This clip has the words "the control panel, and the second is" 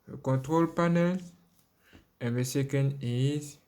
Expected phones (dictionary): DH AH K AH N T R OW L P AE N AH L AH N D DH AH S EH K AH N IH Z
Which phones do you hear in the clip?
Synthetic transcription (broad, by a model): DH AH K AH T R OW L P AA N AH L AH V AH S EH K AH N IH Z